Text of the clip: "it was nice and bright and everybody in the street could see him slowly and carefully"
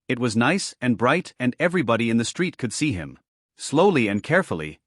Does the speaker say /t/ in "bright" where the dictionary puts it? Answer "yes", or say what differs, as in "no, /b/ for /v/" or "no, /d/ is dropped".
yes